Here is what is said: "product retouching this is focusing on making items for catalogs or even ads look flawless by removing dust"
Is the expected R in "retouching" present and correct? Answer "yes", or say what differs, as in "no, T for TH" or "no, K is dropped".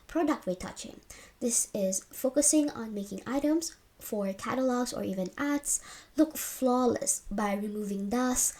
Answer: no, W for R